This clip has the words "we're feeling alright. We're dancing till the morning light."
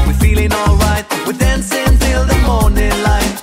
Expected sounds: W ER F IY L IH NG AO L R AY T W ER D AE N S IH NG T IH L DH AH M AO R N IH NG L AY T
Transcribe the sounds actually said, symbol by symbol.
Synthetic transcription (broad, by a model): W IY F IY L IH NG AO L R AY T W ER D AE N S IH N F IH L DH AH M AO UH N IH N L AY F